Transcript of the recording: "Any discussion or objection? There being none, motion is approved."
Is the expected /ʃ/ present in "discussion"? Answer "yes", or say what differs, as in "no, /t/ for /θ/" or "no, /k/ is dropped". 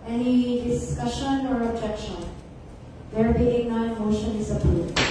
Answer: yes